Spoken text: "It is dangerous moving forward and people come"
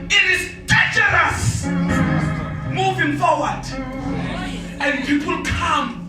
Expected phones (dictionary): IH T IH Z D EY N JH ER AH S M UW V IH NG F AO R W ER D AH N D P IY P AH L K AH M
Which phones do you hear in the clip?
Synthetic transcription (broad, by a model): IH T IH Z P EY JH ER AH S M UW V IH NG F AO W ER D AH N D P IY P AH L K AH M